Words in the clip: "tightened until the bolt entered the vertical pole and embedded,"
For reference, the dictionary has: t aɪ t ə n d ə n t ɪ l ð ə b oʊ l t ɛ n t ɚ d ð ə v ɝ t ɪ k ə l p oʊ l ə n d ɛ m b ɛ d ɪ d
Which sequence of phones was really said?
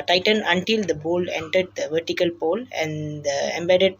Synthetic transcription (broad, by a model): t aɪ t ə n ə n t ɪ l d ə b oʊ l ɛ n t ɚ d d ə v ɝ t ɪ k ə l p oʊ l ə n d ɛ m b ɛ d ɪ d